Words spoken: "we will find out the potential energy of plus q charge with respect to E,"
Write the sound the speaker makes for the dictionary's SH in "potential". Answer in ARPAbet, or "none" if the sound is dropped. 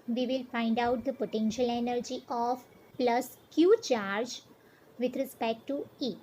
SH